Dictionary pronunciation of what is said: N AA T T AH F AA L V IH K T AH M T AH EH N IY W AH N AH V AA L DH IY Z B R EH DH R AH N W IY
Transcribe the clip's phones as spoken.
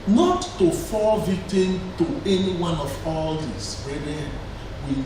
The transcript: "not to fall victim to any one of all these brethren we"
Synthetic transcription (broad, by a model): N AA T T AH F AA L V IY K T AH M T AH EH N IY W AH N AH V AA L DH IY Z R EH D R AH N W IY